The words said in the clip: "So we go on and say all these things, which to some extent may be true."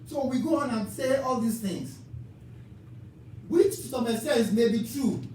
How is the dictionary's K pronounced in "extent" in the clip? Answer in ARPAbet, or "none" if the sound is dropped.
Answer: none